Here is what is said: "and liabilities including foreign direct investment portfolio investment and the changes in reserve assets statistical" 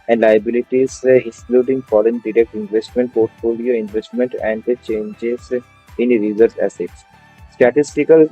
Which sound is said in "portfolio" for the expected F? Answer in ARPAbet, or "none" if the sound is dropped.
F